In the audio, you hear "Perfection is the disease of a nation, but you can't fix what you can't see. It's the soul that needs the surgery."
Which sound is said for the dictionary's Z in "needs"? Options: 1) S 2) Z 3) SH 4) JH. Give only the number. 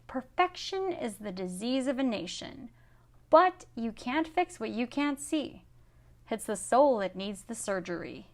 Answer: 2